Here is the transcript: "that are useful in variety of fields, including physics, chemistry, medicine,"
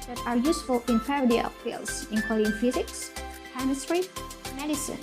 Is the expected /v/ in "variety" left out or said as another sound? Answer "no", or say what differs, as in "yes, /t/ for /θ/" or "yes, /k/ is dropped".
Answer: yes, /p/ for /v/